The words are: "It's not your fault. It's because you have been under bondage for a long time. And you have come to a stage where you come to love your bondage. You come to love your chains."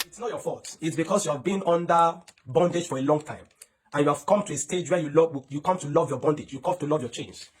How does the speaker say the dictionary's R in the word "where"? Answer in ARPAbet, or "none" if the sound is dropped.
L